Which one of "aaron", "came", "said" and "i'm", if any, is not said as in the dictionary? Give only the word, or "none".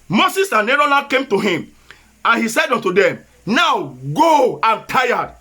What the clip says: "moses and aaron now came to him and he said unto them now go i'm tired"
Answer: aaron